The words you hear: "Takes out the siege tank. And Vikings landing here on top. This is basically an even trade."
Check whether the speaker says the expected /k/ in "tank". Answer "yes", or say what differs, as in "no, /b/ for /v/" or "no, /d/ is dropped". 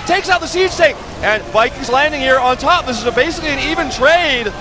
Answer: no, /k/ is dropped